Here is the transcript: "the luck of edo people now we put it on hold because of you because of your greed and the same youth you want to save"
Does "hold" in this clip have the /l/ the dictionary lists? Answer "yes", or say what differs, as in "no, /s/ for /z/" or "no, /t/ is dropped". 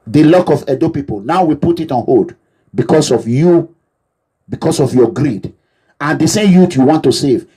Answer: no, /l/ is dropped